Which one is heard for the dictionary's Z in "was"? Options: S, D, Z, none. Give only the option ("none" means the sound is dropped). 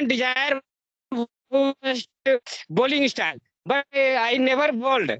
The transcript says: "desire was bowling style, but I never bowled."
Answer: S